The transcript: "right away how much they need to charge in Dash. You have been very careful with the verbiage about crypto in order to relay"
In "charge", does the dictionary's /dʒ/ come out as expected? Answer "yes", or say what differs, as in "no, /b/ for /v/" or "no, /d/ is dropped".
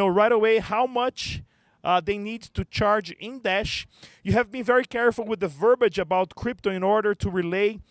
yes